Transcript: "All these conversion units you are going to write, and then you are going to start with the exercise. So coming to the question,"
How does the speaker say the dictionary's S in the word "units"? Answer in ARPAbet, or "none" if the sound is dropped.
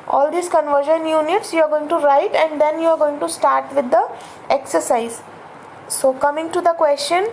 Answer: S